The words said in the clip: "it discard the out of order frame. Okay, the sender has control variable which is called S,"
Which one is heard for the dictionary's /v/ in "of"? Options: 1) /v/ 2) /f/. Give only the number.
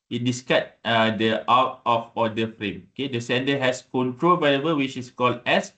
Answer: 2